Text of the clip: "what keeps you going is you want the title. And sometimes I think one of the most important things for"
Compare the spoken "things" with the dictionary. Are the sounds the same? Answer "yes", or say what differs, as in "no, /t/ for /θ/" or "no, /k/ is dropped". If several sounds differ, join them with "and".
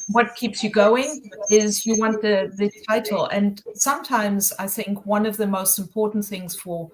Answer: yes